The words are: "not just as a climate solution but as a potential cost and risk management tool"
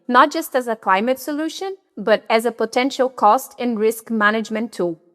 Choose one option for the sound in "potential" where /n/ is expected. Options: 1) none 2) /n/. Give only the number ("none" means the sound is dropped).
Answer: 2